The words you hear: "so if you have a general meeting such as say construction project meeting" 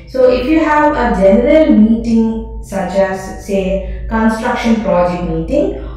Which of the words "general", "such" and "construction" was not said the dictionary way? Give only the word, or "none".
none